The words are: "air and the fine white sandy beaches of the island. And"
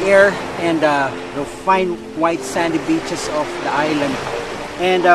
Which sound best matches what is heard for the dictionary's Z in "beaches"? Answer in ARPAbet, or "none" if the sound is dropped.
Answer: S